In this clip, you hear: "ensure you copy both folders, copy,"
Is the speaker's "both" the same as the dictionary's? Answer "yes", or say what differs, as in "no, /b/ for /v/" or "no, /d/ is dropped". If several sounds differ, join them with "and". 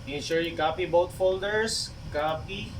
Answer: no, /t/ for /θ/